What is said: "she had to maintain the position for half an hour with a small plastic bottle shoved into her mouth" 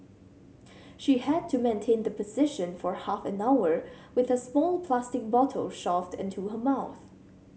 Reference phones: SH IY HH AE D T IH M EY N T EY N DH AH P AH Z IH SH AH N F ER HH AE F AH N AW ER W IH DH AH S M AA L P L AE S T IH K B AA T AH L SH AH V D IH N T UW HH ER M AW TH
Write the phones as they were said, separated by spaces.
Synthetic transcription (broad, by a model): SH IY HH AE D T IH M EY N T EY N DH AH P AH Z IH SH AH N F ER HH AE F AH N AW ER W IH DH AH S M AA L P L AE S T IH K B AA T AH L SH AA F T IH N T UW HH ER M AW TH